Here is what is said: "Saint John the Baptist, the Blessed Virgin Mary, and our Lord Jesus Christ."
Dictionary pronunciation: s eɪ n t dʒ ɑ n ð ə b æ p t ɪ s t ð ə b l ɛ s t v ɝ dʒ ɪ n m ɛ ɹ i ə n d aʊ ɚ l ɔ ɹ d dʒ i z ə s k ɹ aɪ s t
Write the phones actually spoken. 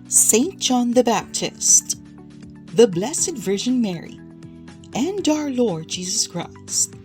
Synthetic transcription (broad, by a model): s eɪ n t dʒ ɑ n ð ə b æ p t ɪ s t ð ə b l ɛ s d v ɝ ʒ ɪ n m ɛ ɹ i ə n d aʊ ɚ l ɔ ɹ d dʒ i z ə s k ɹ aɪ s